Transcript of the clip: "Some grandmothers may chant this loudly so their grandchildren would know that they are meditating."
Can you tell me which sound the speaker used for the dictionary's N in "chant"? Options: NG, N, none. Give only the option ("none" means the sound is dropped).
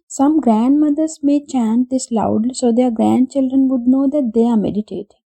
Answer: N